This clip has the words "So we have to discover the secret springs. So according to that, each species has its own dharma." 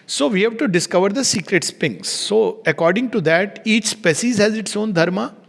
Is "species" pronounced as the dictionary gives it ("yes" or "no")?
no